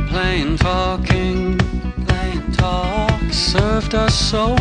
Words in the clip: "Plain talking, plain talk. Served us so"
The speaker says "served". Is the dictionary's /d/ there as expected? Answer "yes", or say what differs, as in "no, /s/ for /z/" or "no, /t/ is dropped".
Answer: yes